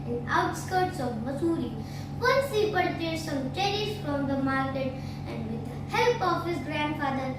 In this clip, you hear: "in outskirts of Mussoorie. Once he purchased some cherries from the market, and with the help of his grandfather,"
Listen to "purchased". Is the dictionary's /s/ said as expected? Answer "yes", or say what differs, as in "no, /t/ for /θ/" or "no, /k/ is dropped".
no, /s/ is dropped